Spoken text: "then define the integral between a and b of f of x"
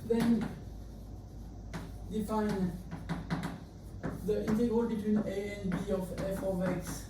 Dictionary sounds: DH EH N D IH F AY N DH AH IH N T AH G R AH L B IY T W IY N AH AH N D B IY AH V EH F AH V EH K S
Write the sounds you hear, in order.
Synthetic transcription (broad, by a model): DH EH N D IH F AY N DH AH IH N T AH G AH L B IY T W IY N AH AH N B IY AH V EH F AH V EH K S